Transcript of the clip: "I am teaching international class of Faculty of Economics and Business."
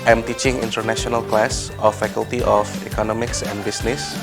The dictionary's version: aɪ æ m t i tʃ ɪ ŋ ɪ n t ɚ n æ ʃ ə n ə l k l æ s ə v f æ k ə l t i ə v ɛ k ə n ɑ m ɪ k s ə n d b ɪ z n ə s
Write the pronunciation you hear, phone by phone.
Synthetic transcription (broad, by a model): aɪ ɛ m t i tʃ ɪ ŋ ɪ n t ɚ n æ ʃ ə n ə l k l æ s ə f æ k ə l t i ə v ɛ k ə n ɑ m ɪ k s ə n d b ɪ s n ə s